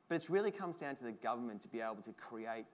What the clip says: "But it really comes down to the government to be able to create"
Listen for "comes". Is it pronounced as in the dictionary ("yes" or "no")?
yes